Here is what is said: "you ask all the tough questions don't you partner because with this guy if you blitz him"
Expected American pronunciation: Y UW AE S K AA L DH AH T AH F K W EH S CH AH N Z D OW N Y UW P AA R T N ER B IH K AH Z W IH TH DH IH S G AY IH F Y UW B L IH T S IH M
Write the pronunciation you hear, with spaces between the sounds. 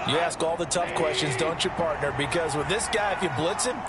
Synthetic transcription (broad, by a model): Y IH AE S K AA L DH AH T AH F K W EH S CH AH N Z D OW N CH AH P AA R T N ER B IH K AH Z W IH DH IH S G AY IH F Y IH B L IH T S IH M